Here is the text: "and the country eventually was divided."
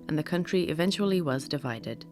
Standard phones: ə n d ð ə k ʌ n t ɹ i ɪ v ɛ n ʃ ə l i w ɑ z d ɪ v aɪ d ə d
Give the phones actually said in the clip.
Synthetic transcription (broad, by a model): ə n ð ə k ʌ n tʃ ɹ i ɪ v ɛ n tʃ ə l i w ɑ z d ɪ v aɪ d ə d